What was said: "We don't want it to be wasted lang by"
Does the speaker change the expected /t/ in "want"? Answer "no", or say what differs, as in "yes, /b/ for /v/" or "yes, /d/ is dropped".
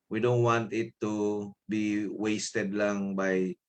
no